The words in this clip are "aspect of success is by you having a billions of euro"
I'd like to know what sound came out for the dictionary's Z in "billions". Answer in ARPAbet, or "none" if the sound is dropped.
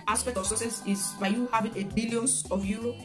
none